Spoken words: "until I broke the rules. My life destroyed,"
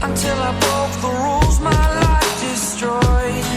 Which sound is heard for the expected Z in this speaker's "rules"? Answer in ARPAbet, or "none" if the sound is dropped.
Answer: Z